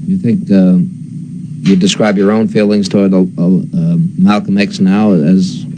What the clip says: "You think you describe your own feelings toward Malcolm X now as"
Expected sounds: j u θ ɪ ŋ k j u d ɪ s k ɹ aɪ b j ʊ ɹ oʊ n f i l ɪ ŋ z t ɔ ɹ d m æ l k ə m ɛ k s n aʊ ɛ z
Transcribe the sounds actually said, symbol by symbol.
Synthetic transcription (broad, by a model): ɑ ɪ θ ɪ ŋ k j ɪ d ɪ s k ɹ aɪ b j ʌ ɹ oʊ n f i l ɪ ŋ z t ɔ ɹ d m æ l k ə m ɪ k s n aʊ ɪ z